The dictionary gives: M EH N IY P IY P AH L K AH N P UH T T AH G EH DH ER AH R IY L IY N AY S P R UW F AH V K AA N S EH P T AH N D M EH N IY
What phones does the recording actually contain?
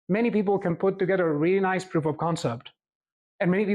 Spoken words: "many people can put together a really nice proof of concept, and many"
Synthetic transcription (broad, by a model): M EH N IY P IY P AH L K AH N P UH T T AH G EH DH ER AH R IY L IY N AY S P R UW P AH V K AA N S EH P T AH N M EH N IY